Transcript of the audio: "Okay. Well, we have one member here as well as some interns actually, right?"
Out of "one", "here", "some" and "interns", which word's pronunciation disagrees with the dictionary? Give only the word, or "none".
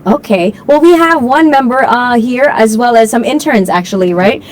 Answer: none